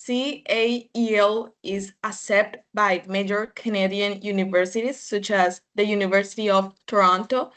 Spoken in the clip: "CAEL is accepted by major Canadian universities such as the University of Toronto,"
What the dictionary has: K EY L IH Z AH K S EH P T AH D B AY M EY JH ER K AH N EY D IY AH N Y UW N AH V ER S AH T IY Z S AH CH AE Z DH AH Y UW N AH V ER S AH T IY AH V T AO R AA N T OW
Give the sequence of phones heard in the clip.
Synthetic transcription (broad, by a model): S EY L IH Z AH S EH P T B AY M EY JH ER K AH N EY D IY AH N Y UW N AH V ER S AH T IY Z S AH CH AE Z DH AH Y UW N AH V ER S AH T IY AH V T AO R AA N T OW